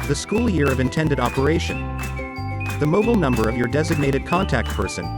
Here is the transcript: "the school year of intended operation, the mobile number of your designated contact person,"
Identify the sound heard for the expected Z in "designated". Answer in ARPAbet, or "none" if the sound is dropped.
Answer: Z